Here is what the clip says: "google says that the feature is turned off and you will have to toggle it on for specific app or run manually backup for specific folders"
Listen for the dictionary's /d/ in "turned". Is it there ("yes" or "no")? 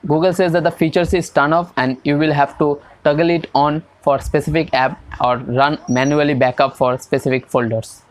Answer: no